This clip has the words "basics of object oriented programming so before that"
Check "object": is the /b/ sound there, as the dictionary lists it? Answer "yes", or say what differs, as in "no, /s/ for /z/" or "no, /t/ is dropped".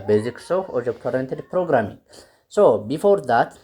no, /b/ is dropped